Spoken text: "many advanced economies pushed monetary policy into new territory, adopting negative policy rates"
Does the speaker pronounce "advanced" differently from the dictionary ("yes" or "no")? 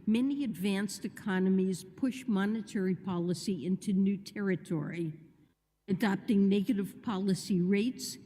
no